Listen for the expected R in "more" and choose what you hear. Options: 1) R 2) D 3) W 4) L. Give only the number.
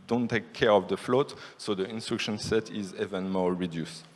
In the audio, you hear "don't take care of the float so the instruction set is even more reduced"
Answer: 4